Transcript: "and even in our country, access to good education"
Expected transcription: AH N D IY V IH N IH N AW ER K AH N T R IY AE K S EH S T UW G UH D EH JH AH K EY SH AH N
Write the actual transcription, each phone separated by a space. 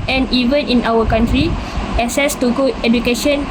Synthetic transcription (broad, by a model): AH N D IY V IH N IH N AW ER K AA N T R IY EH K S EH S T UW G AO EH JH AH K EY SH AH N